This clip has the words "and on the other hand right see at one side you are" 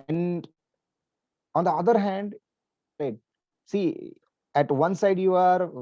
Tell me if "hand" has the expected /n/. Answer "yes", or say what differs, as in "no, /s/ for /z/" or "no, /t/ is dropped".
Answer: yes